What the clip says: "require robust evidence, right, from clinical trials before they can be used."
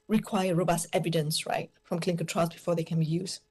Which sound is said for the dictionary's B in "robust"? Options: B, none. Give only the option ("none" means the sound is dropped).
B